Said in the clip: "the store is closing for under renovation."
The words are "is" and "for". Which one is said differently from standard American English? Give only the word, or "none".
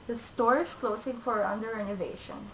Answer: is